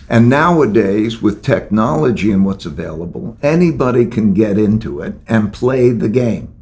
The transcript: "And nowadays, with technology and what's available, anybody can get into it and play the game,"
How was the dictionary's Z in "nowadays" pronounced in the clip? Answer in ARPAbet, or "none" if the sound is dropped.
Z